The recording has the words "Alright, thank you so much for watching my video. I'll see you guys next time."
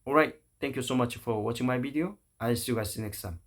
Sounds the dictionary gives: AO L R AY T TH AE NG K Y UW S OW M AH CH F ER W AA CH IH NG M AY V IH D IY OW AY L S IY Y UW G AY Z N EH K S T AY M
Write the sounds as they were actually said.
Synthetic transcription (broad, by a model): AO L R AY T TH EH NG K Y UW S OW M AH CH F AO W AA CH IH NG M AY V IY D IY OW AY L S IY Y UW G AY S N EH K S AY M